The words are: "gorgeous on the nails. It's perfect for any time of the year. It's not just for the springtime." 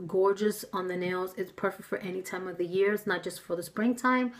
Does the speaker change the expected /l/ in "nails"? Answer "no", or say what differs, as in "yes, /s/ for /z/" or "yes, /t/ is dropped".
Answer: no